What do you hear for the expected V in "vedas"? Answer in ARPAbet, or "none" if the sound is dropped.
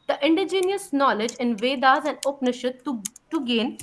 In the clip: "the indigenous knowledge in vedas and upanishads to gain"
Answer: V